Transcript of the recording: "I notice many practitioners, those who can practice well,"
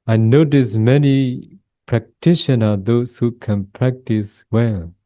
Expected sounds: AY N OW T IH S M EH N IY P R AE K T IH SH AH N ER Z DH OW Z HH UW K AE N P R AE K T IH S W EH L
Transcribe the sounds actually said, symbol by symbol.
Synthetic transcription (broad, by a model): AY N OW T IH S M EH N IY P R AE K T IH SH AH N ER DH OW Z HH UW K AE N P R AE K T IH S W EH L